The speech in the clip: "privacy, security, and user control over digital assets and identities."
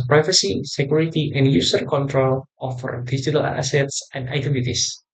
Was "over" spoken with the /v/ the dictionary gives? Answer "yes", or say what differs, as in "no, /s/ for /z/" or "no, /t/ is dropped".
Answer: no, /f/ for /v/